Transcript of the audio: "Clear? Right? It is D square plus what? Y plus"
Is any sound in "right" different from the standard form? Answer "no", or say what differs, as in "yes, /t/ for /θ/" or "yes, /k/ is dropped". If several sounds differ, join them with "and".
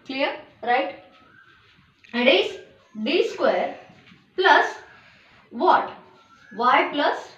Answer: no